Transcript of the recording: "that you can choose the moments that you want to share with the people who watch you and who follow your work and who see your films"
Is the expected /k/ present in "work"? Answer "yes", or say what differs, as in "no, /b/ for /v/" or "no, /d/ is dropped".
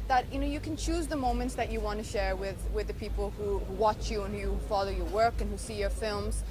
yes